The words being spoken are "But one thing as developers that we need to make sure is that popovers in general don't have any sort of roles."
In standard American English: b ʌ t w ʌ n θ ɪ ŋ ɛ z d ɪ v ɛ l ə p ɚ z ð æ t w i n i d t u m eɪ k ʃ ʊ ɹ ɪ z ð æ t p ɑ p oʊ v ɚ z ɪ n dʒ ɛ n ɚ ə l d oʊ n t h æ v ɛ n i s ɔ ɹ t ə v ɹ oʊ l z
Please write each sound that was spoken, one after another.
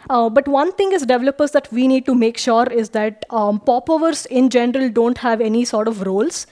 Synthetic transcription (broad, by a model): b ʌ t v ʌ n t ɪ ŋ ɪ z d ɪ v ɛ l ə p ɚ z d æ t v i n i d t u m eɪ k ʃ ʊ ɹ ɪ z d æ t p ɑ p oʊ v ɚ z ɪ n dʒ ɛ n ɚ ə l d oʊ n t h æ v ɛ n i s ɔ ɹ t ə v ɹ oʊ l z